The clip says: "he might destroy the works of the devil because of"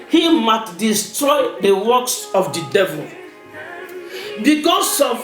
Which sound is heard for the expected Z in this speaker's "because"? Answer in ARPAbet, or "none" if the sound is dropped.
S